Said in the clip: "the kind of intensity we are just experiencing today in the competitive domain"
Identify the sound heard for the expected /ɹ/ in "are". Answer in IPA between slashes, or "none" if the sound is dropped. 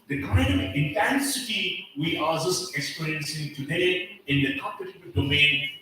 /l/